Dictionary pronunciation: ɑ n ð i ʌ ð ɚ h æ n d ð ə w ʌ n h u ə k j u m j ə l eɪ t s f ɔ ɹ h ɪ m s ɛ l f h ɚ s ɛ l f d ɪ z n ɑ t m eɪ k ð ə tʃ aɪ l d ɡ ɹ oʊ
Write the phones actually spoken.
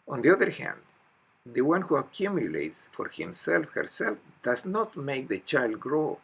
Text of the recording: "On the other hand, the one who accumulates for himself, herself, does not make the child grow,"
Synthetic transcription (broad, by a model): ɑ n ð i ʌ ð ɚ h æ n d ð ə w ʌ n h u ə k j u m j ə l eɪ t s f ɔ ɹ h ɪ m s ɛ l f h ɚ s ɛ l f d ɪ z n ɑ t m eɪ k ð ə tʃ aɪ l d ɡ ɹ oʊ